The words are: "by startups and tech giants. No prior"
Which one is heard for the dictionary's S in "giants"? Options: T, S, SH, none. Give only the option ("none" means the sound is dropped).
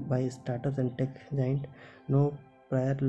none